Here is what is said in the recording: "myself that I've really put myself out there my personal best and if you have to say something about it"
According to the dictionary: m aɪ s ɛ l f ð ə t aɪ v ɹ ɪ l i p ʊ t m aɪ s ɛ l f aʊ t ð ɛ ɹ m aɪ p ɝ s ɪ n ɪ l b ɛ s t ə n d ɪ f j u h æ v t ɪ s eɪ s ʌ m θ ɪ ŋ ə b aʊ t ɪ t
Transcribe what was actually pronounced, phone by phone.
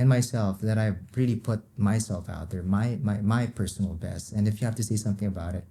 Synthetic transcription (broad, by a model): m aɪ s ɛ l f ð ə t aɪ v ɹ ɪ l i p ʊ t m aɪ s ɛ l f aʊ t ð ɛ ɹ m aɪ p ɝ s n l b ɛ s t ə n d ɪ f j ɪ h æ f t ɪ s eɪ s ʌ m θ ɪ ŋ ə b aʊ t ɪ t